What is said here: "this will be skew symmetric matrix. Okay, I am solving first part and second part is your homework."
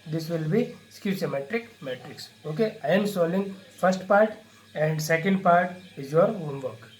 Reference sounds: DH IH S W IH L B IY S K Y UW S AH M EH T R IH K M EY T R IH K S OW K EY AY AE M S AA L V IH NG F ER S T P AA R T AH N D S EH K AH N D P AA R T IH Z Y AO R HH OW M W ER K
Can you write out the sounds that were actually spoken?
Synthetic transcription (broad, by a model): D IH S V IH L B IY S K Y UW S AH M EH T R IH K M EY T R IH K S OW K EY AY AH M S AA L IH NG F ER S T P AA R T AH N D S EH K AH N D P AA R T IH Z Y AO R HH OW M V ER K